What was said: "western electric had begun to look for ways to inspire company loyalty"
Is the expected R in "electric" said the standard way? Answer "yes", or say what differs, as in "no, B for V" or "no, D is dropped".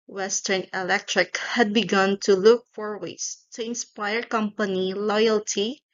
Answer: yes